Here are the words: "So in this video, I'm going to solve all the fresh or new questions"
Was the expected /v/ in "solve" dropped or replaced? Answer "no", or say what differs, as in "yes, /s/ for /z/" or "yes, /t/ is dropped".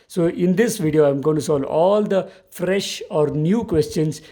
yes, /v/ is dropped